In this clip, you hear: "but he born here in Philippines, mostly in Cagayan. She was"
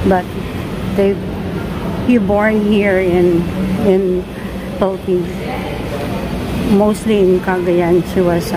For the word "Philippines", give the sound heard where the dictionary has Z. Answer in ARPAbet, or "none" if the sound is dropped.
none